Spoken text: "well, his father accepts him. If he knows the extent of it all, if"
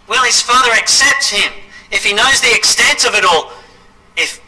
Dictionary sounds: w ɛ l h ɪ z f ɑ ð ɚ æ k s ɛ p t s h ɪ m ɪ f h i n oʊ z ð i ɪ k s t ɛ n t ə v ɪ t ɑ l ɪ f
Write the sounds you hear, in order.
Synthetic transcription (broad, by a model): w ɛ l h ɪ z f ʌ ð ɚ æ k s ɛ p t s h ɪ m ɪ f h i n oʊ z ð i ɪ k s t ɛ n t ə v ɪ t ɑ l ɪ f